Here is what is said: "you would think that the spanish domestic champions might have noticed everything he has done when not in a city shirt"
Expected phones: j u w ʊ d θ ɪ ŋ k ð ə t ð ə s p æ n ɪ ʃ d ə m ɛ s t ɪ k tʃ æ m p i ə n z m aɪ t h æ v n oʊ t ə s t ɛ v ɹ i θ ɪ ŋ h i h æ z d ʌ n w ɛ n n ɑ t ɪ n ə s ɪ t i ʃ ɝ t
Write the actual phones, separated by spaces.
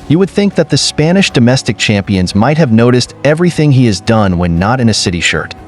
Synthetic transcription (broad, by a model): j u w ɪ d θ ɪ ŋ k ð ə t ð ə s p æ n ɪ ʃ d ə m ɛ s t ɪ k tʃ æ m p i ə n z m aɪ t h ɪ v n oʊ t ə s t ɛ v ɹ i θ ɪ ŋ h i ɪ z d ʌ n w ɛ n n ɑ t ɪ n ə s ɪ t i ʃ ɝ t